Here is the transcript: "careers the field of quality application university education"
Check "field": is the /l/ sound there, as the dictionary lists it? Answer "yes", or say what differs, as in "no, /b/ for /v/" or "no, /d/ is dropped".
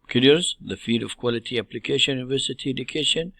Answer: no, /l/ is dropped